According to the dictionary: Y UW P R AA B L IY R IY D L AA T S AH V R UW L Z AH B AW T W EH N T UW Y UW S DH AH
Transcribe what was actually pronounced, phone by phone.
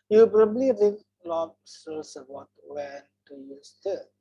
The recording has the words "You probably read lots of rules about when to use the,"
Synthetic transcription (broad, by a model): Y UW P R AA B L IY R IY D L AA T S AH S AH AO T W EH N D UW Y UW S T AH